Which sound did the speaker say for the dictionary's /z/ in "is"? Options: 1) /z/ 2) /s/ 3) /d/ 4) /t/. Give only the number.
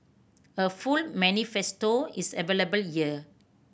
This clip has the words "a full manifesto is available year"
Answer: 2